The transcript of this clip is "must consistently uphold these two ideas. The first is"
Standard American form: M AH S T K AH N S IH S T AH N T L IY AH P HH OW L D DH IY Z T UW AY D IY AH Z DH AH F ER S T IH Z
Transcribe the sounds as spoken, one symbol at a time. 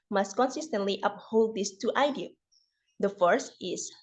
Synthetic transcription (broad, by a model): M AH S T K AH N S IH S T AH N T L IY AH P HH OW L D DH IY S T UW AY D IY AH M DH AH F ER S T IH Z